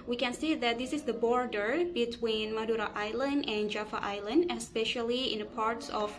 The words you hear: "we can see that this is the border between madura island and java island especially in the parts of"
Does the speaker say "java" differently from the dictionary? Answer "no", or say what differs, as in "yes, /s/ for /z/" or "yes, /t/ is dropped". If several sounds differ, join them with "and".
yes, /f/ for /v/